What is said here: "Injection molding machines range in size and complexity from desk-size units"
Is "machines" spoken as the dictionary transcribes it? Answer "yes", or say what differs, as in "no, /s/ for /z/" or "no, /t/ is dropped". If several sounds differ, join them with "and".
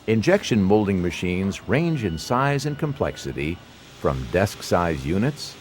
yes